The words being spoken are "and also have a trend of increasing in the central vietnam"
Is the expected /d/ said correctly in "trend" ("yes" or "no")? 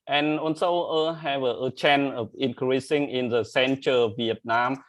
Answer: no